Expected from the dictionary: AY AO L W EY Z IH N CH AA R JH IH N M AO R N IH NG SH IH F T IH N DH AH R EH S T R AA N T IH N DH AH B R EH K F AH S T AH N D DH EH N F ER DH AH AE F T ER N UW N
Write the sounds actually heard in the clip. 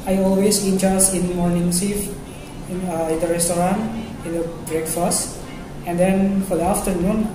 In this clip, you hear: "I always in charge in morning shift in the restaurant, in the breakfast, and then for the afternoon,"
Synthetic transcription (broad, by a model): AY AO L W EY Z IH N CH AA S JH IH N M AO R N IH NG S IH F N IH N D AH R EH S T R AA N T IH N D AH B R EH K F AH S T AH N D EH N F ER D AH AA F T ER N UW N